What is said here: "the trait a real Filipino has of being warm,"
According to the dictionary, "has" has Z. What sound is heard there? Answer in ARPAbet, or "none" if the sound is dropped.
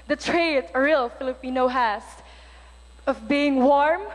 S